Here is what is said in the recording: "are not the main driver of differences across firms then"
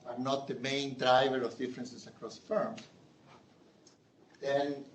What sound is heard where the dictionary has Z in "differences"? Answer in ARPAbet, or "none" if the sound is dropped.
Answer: S